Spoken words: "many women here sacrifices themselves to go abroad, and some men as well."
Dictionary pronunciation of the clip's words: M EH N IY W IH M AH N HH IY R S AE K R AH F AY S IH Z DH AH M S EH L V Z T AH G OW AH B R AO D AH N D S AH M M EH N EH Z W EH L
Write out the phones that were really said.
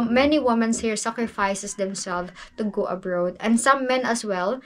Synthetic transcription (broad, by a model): M EH N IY W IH M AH N HH IY R S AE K R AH F AY S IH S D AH M S EH L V T AH G OW AH B R AO D AH N D S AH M M EH N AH S W EH L